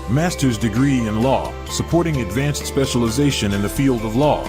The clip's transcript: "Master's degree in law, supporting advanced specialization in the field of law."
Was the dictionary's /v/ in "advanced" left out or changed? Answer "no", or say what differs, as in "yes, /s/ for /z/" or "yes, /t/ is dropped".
no